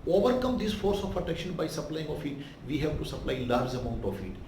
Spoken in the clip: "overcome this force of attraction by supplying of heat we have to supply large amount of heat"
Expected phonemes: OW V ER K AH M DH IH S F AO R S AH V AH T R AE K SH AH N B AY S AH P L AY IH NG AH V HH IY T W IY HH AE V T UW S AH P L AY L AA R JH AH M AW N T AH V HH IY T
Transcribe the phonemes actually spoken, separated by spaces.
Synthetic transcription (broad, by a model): OW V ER K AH M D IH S F AO R S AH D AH T EH K SH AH N B AY S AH P L AY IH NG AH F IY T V IY HH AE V T UW S AH P L AY L AA R JH AH M AW N T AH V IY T